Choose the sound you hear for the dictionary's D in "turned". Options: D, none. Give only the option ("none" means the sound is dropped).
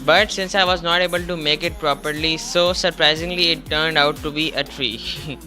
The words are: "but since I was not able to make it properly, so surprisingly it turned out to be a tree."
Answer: D